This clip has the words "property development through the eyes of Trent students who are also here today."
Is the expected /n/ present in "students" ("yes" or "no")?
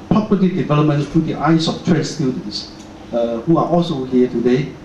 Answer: no